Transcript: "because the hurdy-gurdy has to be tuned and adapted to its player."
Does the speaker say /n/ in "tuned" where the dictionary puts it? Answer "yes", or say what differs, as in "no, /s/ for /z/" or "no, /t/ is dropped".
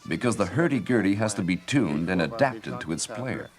yes